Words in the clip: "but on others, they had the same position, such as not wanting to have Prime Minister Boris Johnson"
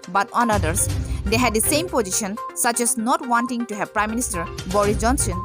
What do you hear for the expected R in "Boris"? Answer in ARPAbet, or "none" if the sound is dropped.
R